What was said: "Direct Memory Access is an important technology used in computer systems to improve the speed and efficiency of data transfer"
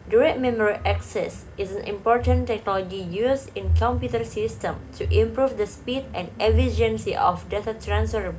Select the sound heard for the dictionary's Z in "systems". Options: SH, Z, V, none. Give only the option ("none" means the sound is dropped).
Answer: none